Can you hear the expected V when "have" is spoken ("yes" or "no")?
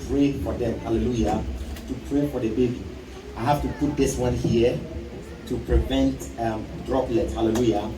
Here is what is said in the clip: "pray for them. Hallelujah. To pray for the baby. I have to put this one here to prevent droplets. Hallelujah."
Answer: no